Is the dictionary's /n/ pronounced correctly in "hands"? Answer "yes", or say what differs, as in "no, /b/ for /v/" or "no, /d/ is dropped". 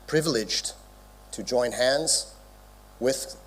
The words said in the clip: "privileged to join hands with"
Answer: yes